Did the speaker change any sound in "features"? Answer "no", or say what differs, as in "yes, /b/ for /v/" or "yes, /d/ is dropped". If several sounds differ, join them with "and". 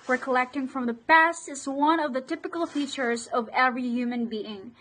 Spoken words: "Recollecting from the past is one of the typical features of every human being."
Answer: no